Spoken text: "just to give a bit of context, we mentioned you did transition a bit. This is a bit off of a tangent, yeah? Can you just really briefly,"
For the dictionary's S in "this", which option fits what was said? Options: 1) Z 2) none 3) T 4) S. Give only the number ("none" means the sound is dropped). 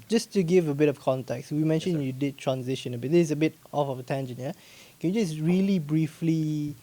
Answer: 2